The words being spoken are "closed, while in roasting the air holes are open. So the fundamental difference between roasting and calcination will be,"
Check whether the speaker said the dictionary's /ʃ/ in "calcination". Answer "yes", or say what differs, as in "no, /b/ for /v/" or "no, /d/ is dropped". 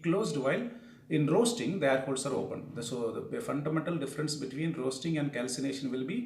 yes